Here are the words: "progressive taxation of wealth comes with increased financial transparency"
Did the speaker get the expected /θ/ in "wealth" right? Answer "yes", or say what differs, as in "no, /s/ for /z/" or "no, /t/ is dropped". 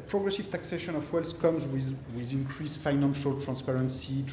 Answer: no, /s/ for /θ/